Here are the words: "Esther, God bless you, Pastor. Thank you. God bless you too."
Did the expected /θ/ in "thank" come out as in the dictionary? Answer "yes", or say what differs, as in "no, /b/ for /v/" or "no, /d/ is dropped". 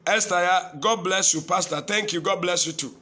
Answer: no, /t/ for /θ/